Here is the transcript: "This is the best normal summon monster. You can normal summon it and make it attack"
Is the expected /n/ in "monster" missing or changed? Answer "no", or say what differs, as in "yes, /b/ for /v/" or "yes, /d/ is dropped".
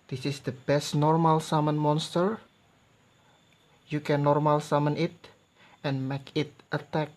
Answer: no